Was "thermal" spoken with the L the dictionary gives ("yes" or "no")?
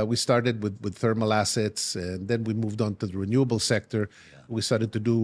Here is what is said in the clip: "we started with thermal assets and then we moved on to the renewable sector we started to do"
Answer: yes